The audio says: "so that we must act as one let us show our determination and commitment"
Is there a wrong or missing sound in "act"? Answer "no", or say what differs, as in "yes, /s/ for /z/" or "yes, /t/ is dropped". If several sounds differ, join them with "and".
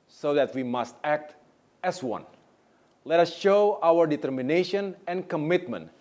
no